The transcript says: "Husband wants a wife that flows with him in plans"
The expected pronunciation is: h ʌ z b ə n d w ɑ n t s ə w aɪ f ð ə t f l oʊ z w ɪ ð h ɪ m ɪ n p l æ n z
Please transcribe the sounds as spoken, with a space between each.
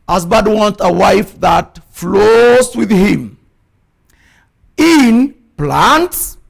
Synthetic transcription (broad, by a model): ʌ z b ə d w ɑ n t ə w aɪ f ð ə t f l oʊ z w ɪ ð h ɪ m ɪ n p l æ n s